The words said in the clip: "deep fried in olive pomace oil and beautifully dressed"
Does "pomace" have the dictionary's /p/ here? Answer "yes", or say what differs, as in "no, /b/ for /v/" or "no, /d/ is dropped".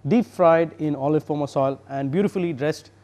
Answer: no, /f/ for /p/